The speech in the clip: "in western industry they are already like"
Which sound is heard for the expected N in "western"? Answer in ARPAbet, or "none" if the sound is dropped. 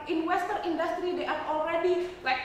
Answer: none